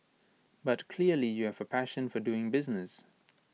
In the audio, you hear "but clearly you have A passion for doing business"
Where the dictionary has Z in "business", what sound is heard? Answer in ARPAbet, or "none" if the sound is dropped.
Z